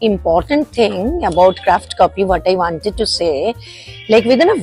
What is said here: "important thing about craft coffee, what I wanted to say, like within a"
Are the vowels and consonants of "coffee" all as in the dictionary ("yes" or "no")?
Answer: no